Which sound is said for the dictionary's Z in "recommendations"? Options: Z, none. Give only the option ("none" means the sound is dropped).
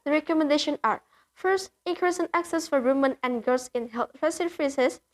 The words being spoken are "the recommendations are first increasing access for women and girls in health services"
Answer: none